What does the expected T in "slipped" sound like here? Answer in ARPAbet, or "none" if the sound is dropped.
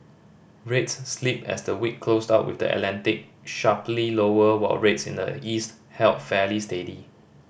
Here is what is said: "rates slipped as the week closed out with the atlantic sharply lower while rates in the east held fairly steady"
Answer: none